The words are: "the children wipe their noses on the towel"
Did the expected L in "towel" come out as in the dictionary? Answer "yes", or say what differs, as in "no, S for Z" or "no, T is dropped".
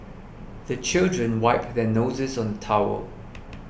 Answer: no, W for L